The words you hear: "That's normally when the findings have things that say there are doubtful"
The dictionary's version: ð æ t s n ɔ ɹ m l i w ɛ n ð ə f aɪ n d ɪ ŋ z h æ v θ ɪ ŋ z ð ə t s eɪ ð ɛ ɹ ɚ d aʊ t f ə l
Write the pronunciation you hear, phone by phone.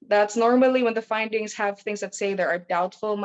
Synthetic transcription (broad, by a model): ð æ t s n ɔ ɹ m l i w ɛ n ð ə f aɪ n d ɪ ŋ z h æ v θ ɪ ŋ z ð ə t s eɪ ð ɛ ɹ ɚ d aʊ t f l